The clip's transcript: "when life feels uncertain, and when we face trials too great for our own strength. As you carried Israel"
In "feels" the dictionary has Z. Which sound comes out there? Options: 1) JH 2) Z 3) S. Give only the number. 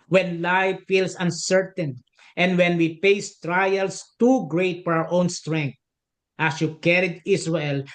3